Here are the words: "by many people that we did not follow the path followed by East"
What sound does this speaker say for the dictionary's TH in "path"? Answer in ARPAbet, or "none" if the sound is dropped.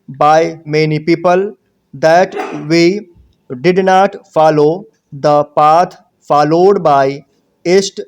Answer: T